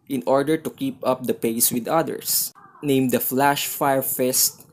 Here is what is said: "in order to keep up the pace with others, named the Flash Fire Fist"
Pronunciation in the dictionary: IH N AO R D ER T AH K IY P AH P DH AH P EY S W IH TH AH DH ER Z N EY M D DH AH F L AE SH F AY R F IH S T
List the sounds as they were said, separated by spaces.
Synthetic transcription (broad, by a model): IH N AO R D ER T AH K IY P AH P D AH P EY S W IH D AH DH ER S N EY M D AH F L AE SH F AY R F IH S T